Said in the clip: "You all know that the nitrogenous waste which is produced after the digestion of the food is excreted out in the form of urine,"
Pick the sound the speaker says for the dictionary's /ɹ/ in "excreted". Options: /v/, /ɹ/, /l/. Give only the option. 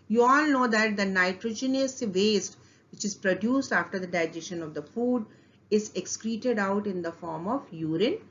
/ɹ/